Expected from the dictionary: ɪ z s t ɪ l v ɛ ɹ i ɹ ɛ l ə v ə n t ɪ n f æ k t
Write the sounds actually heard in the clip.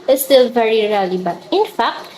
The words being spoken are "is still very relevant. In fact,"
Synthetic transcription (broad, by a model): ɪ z s t ɪ l v ɛ ɹ i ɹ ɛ l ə b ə t ɪ n f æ k t